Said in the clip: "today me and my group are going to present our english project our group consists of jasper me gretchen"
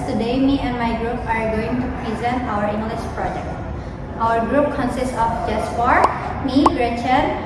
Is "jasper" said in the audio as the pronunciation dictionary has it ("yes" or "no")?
no